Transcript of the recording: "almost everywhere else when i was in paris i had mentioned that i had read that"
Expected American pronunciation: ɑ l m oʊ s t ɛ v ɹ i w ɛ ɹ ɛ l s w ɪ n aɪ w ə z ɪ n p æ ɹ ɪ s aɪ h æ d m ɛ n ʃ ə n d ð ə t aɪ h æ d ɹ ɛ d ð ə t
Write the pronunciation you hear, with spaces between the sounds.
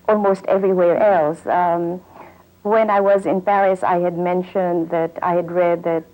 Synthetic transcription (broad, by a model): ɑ l m oʊ s t ɛ v ɹ i w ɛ ɹ ɛ l s w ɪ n aɪ w ə z ɪ n p æ ɹ ɪ s aɪ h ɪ d m ɛ n ʃ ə n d ð ə t aɪ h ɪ d ɹ ɛ d ð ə t